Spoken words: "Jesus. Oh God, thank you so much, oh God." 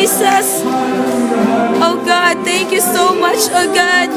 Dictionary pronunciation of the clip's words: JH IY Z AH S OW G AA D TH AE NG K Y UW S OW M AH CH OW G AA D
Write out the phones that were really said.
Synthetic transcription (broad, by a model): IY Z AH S OW G AA D T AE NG K Y UW S OW M AH CH OW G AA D